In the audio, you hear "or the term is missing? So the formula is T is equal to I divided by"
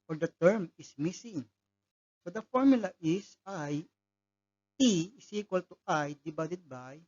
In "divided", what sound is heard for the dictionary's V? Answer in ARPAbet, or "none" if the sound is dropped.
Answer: B